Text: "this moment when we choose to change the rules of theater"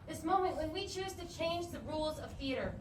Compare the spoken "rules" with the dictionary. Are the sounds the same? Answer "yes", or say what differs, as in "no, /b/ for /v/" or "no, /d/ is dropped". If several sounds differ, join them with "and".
yes